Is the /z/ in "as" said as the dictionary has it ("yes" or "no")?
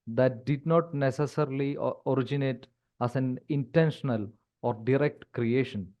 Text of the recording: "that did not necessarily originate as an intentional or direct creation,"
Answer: no